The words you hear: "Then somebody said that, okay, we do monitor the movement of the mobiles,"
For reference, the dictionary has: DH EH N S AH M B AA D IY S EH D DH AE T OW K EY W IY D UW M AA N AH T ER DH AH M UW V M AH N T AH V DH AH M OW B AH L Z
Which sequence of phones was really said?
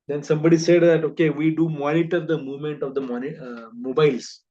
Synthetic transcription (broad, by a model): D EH N S AH M B AA D IY S EH D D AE T OW K EY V IY D UW M AA N AH T ER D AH M UW V M AH N T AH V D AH M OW B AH L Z